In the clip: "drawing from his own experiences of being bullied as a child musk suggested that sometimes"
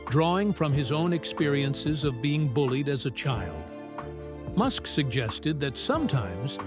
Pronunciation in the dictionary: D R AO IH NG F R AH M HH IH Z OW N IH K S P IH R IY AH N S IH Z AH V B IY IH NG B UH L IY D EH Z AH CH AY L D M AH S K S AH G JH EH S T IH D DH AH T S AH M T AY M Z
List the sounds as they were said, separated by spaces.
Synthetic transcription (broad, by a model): D R AO IH NG F R AH M IH Z OW N IH K S P IH R IY AH N S IH Z AH V B IY IH NG B UH L IY D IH Z AH CH AY L D M AH S K S AH G JH EH S T IH D DH AH T S AH M T AY M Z